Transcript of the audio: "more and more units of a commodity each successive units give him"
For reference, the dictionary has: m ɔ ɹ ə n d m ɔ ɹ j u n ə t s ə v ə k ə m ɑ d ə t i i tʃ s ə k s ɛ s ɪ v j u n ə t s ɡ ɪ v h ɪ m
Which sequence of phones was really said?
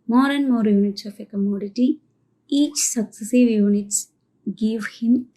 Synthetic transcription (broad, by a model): m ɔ ɹ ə n m ɔ ɹ j u n ə t s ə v ə k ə m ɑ d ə t i i tʃ s ə k s ɛ s ɪ v j u n ə t s ɡ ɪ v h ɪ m